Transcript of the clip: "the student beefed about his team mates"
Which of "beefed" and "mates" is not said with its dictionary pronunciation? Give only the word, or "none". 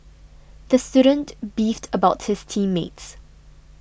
none